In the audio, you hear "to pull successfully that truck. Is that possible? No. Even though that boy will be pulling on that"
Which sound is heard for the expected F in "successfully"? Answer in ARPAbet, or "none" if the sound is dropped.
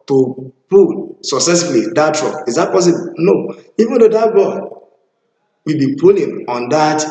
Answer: none